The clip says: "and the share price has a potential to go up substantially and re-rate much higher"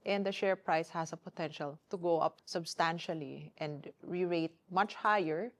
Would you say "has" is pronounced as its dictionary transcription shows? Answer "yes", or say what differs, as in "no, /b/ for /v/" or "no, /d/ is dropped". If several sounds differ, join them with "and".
no, /s/ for /z/